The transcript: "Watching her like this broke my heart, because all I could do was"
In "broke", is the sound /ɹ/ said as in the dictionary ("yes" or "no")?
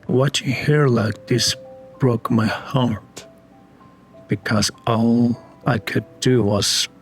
yes